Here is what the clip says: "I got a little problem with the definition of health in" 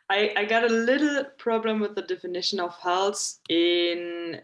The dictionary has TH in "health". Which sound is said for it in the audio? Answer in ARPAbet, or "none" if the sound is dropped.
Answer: S